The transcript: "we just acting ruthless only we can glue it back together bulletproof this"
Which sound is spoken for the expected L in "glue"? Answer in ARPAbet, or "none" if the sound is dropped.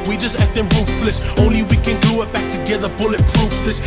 none